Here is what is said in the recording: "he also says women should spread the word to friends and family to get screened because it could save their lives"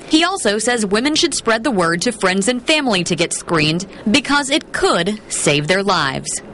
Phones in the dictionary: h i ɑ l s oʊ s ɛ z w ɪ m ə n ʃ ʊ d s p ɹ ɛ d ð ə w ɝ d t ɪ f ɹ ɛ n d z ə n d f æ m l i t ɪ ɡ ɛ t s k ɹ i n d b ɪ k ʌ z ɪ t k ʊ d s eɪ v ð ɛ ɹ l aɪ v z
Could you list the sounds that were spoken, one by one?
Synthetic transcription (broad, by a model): h i ɑ l s oʊ s ɛ z w ɪ m ə n ʃ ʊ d s p ɹ ɛ d ð ə w ɝ d t ɪ f ɹ ɛ n d z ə n f æ m l i t ɪ ɡ ɛ t s k ɹ i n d b ɪ k ʌ z ɪ t k ʊ d s eɪ v ð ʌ ɹ l aɪ v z